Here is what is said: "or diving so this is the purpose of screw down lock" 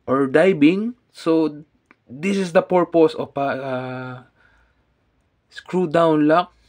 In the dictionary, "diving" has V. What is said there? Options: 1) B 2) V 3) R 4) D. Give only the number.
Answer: 1